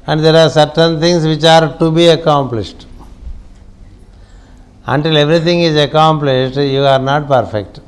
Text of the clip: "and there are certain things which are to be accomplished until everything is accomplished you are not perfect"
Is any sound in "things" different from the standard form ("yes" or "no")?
yes